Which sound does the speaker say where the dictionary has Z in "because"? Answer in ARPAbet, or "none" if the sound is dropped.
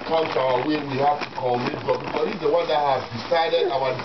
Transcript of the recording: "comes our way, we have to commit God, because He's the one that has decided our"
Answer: none